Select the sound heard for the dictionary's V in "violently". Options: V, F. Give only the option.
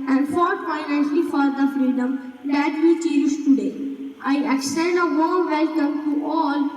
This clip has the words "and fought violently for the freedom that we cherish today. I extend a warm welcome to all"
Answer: F